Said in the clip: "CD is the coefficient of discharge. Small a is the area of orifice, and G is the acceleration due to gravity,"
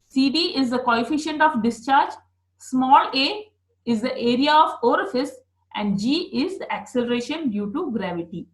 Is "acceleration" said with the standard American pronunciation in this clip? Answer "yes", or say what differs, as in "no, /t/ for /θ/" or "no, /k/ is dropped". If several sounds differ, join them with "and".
yes